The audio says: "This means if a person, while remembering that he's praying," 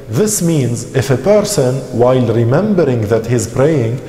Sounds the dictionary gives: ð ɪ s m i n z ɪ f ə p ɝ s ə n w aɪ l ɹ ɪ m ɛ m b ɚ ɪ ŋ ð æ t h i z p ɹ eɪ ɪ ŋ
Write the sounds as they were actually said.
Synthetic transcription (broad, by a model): ð ɪ s m i n z ɪ f ə p ɝ s ə n w aɪ l ɹ ɪ m ɛ m b ɚ ɪ ŋ ð æ t h i z p ɹ eɪ ɪ ŋ